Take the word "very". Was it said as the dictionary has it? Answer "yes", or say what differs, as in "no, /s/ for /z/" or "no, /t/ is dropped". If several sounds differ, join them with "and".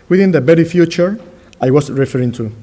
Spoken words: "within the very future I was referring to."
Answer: no, /b/ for /v/